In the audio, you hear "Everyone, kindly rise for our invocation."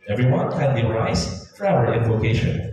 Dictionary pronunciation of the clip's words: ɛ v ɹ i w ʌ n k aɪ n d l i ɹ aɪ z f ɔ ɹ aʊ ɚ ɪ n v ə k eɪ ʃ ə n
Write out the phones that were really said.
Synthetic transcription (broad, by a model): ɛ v ɹ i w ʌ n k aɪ d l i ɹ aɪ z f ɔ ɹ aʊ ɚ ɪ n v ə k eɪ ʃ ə n